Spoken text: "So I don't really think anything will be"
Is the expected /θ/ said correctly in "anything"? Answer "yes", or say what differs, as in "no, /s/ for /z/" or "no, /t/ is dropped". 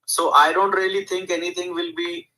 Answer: no, /t/ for /θ/